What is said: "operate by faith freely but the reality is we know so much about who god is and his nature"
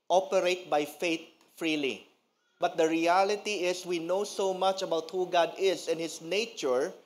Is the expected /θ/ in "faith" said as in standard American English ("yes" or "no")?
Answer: no